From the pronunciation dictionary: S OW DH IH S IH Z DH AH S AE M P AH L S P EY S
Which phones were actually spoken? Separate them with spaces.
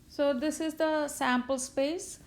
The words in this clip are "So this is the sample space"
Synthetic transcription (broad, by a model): S OW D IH S IH Z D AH S AE M P AH L S P EY S